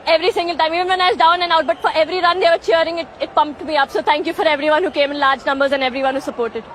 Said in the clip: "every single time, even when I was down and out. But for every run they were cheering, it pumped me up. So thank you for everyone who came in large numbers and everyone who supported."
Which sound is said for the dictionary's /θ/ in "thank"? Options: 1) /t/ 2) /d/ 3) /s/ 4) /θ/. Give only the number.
1